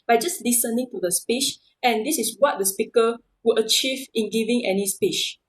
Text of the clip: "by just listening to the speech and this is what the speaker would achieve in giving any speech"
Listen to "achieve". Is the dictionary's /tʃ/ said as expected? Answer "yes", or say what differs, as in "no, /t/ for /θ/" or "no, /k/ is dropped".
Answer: yes